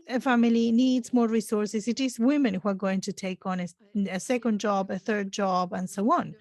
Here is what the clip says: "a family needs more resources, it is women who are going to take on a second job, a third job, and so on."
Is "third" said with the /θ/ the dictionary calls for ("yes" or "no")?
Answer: yes